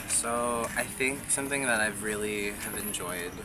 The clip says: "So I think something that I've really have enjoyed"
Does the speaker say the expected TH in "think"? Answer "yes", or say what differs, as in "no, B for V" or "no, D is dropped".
yes